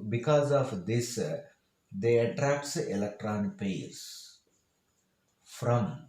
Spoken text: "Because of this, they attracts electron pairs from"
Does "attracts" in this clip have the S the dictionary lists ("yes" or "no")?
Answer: yes